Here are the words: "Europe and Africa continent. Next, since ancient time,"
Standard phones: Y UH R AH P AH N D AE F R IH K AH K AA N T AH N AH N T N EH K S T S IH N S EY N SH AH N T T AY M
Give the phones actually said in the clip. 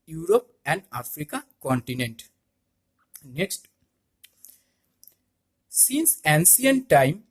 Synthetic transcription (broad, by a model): Y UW R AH P AH N D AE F R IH K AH K AA N T AH N AH N T N EH K S T S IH N S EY N S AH N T T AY M